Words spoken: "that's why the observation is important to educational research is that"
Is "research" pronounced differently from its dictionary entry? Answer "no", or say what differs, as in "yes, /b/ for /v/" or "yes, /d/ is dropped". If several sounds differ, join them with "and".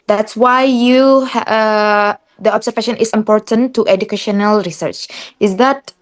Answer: no